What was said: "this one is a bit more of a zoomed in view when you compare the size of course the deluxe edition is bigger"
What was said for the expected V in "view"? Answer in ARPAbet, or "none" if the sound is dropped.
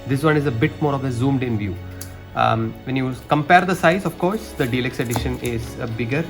V